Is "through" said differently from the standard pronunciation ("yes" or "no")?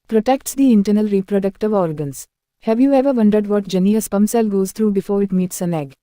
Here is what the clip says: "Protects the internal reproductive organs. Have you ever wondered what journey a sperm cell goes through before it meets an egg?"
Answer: yes